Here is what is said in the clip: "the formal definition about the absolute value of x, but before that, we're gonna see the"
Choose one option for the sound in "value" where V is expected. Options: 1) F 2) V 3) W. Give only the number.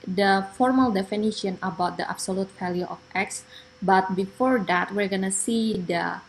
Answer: 1